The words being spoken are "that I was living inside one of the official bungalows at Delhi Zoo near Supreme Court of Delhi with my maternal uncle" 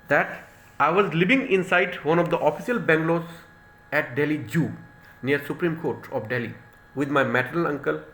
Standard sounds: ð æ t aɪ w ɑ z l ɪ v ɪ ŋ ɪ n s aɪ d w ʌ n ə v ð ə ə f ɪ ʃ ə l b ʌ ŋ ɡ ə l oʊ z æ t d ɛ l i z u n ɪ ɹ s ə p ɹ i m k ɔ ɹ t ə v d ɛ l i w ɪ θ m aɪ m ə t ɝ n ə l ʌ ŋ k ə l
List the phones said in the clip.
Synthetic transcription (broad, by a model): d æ t aɪ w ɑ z l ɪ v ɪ ŋ ɪ n s aɪ d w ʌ n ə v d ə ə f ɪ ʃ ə l b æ ŋ ɡ l oʊ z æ t d ɛ l i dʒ u n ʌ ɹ s ə p ɹ i m k ɔ ɹ t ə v d ɛ l i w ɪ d m aɪ m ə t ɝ ə l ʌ ŋ k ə l